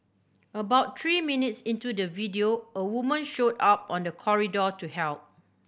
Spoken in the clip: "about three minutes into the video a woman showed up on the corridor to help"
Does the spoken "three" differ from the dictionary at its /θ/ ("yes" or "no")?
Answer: yes